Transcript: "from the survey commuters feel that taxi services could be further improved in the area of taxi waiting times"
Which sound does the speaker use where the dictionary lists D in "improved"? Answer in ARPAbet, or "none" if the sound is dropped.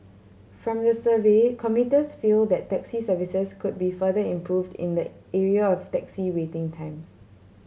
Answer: D